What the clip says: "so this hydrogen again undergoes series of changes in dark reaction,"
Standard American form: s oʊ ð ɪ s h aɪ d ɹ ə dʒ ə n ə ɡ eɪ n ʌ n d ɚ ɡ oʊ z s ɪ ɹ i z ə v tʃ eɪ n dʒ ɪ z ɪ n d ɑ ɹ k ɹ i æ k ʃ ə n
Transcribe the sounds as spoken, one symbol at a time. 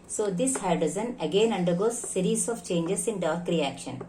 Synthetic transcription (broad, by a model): s oʊ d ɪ s h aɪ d ə z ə n ə ɡ eɪ n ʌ n d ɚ ɡ oʊ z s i ɹ i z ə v tʃ eɪ n dʒ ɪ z ɪ n d ɑ ɹ k ɹ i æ k ʃ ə n